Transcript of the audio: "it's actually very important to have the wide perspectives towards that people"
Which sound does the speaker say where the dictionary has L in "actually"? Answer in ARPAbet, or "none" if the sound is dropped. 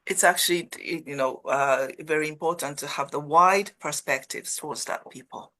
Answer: N